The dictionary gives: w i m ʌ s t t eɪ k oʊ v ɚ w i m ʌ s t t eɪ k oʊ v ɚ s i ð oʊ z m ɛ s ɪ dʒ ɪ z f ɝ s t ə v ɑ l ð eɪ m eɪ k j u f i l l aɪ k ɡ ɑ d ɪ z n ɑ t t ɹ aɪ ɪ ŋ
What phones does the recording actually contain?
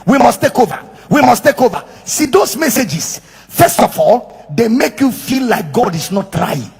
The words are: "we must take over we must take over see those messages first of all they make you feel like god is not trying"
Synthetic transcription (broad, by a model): w i m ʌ s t t eɪ k oʊ v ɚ w i m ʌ s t t eɪ k oʊ v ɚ s i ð oʊ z m ɛ s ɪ dʒ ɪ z f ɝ s t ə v ɑ l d eɪ m eɪ k j u f i l l aɪ k ɡ ɑ d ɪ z n ɑ t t ɹ aɪ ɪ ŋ